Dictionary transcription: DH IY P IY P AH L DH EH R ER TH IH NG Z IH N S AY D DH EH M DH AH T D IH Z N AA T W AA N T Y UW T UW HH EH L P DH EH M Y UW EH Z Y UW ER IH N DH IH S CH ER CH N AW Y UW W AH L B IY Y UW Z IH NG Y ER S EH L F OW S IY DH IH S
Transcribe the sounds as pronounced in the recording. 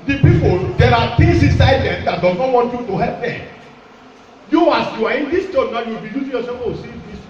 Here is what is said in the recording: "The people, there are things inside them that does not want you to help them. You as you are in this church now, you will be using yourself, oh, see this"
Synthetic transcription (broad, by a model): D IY P IY P AH L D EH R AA T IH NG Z IH N S AY D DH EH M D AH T D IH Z N AA T W AA N T Y UW T UW HH EH L P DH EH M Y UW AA S Y UW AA IH N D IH S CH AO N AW Y UW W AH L B IY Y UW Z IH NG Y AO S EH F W OW S IY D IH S